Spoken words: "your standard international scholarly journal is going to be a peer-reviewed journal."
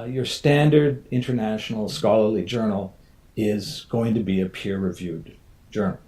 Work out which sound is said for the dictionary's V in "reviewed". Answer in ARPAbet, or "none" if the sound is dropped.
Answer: V